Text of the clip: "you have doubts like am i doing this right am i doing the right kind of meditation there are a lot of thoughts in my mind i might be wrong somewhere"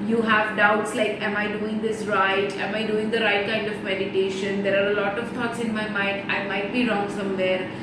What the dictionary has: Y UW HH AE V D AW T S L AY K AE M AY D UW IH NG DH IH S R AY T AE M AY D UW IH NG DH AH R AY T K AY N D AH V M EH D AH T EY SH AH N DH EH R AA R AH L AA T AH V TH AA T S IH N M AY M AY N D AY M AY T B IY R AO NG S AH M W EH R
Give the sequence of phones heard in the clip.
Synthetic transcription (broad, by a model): Y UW HH AE V D AW T S L AY K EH M AY D UW IH NG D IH S R AY T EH M AY D UW IH NG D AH R AY T K AY N D AH V M EH D AH T EY SH AH N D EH R AA R AH L AA T AH V T AA T S IH N M AY M AY N D AY M AY T B IY R AO NG S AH M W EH R